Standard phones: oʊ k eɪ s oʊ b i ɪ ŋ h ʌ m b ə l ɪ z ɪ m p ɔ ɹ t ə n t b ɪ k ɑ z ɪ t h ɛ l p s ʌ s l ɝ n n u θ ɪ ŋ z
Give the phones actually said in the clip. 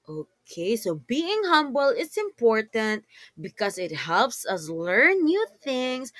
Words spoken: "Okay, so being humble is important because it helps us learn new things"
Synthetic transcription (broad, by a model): oʊ k eɪ s oʊ b i ɪ ŋ h ʌ m b ə l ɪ s ɪ m p ɔ ɹ t ə n t b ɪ k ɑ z ɪ t h ɛ l p s ʌ s l ɝ n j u θ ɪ ŋ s